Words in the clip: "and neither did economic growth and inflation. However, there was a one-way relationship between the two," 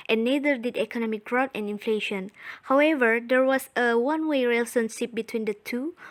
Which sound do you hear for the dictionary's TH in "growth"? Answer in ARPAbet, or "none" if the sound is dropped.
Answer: T